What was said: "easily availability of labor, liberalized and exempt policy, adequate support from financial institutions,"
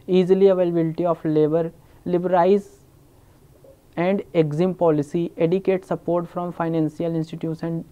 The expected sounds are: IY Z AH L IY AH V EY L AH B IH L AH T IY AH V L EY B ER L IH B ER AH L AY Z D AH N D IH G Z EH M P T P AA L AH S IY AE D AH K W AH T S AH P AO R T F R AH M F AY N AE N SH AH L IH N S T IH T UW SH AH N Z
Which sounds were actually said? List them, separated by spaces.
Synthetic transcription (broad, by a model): IY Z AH L IY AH V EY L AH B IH L T IY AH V L EY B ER L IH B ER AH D AY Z AH N D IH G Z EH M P P AA L AH S IY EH D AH K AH T S AH P AO R T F R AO M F AY N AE N S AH L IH N S T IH T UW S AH N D